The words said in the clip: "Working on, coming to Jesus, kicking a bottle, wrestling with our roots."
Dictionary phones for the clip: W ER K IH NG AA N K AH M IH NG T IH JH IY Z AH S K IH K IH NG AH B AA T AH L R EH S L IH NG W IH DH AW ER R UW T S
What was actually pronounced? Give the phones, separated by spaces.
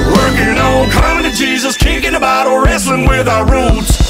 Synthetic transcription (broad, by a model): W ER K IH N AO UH K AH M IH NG T IH JH IY Z AH S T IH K IH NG AH B AA T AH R R EH S L IH NG W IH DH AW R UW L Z